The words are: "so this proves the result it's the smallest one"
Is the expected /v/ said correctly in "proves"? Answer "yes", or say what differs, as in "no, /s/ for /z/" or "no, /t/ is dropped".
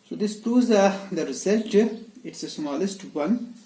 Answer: no, /v/ is dropped